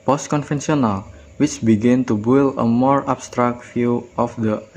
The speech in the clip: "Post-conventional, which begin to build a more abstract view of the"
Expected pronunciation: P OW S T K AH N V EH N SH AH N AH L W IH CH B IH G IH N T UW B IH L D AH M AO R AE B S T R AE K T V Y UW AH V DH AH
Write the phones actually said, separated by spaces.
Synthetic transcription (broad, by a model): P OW S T K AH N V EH N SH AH N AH L W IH CH B IH G IH N T UW B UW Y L AH M AO R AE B S T R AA K T F Y UW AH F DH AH